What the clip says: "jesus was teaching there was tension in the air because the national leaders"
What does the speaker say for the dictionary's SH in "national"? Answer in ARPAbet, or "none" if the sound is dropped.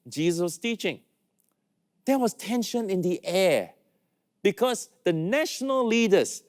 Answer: SH